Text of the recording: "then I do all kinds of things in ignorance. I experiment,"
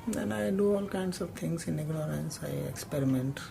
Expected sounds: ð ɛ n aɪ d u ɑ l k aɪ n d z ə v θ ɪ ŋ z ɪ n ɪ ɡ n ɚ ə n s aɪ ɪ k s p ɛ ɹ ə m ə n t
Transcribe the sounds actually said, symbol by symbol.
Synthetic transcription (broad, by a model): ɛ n aɪ d u ɑ l k aɪ n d s ə v t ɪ ŋ s ɪ n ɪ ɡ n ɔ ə n s aɪ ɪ k s p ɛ ɹ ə m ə n t